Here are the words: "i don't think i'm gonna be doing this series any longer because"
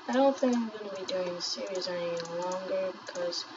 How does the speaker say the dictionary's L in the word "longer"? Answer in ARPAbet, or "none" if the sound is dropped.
L